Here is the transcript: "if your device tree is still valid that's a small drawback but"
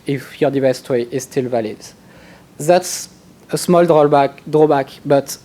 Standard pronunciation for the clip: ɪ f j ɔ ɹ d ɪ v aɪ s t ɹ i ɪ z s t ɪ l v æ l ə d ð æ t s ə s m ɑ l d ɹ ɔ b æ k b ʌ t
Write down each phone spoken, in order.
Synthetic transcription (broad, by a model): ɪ f j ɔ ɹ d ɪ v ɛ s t w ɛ ɪ z s t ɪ l v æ l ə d ð æ t s ə s m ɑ l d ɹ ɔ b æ k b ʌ t